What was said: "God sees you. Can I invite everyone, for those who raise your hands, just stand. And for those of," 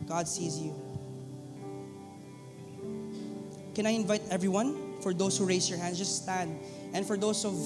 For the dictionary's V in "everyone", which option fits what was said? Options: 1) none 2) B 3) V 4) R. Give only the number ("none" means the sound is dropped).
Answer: 3